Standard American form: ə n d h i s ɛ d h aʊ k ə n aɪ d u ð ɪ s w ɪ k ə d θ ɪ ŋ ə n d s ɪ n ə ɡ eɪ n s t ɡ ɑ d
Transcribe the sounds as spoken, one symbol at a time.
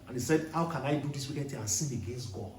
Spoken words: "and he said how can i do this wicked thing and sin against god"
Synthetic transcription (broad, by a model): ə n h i s ɛ d h aʊ k ə n aɪ d u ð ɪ s w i k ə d t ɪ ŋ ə n s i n ə ɡ eɪ n s t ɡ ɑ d